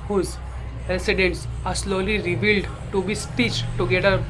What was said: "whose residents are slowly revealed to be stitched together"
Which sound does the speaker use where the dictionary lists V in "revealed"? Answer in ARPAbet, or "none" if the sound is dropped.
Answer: V